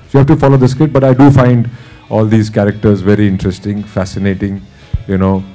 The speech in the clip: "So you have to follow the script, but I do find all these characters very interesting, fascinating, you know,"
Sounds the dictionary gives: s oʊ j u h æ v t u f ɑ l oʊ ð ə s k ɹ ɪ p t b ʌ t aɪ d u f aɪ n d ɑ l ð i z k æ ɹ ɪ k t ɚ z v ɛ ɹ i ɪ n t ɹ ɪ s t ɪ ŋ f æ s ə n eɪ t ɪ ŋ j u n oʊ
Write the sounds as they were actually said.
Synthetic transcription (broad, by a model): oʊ j u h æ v t u f ɑ l oʊ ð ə s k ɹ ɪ t b ʌ t aɪ d u f aɪ n d ɑ l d i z k æ ɹ ɪ k t ɚ z v ɛ ɹ i ɪ n t ɹ ɪ s t ɪ ŋ f æ s ə n eɪ t ɪ ŋ j u n oʊ